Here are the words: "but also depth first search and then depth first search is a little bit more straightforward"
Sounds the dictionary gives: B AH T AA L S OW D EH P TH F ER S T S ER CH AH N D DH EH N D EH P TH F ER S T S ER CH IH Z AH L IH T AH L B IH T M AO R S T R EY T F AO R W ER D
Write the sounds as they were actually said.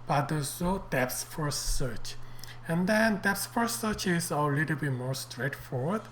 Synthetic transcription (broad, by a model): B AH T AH S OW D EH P S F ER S S ER CH AH N D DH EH N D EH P S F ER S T S ER CH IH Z AH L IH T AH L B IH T M AO R S T R EY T F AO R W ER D